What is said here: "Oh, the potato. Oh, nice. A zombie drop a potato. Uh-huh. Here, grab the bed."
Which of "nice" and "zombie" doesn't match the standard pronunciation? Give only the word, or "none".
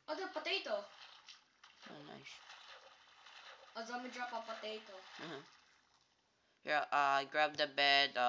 zombie